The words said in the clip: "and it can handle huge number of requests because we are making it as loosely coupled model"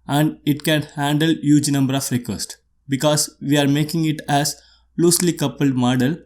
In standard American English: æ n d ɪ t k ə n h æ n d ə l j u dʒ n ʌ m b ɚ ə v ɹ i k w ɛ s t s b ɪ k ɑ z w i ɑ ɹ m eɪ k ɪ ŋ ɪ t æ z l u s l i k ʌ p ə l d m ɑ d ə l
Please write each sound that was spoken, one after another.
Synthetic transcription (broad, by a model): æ n d ɪ t k ə n h æ n d ə l j u dʒ n ʌ m b ɚ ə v ɹ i k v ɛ s t b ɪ k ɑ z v i ɑ ɹ m eɪ k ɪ ŋ ɪ t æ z l u s l i k ʌ p ə l d m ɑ d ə l